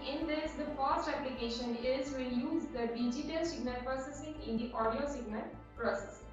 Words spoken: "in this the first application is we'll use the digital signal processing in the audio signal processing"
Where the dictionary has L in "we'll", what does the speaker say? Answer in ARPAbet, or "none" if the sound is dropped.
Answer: N